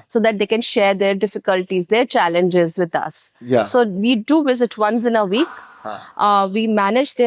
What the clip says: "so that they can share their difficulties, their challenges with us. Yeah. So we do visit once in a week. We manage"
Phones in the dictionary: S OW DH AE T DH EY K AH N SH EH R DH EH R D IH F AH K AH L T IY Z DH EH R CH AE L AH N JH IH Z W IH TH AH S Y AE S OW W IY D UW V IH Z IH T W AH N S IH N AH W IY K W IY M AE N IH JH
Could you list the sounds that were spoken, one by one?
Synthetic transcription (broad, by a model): S OW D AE T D EY K AH N SH EH R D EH R D IH F AH K AH L T IY Z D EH R CH AE L AH N JH IH Z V IH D AH S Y S OW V IY D UW V IH Z IH T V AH N S IH N AH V IY K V IY M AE N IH JH